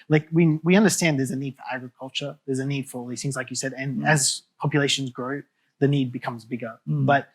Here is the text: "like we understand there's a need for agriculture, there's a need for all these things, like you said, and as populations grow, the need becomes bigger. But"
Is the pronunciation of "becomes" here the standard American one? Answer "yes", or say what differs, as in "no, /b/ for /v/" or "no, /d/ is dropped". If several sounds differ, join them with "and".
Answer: yes